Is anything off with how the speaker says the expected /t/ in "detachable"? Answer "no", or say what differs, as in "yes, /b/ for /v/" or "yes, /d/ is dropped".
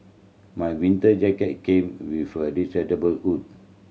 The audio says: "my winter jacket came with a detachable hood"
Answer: yes, /s/ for /t/